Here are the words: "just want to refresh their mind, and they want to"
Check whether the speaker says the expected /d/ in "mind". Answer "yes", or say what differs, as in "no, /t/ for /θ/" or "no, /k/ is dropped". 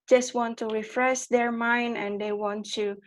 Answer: yes